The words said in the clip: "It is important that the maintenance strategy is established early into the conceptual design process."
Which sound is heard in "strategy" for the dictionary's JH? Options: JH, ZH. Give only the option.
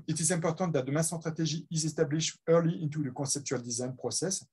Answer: ZH